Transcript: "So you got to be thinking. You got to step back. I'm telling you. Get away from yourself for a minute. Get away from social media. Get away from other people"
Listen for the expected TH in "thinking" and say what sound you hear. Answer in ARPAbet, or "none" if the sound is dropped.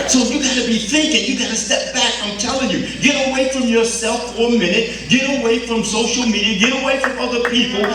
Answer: TH